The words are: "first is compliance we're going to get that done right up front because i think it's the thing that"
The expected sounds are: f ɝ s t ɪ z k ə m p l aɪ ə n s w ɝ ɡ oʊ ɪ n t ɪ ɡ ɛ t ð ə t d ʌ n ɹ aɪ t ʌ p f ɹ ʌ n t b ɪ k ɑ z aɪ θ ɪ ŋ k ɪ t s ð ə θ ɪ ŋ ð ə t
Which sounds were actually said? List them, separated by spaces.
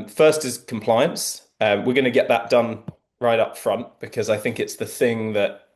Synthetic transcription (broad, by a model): f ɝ s t ɪ z k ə m p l aɪ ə n s w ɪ ɡ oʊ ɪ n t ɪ ɡ ɛ t ð ə t d ʌ n ɹ aɪ t ʌ p f ɹ ʌ n t b ɪ k ɑ z aɪ θ ɪ ŋ k ɪ t s ð ə θ ɪ ŋ ð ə t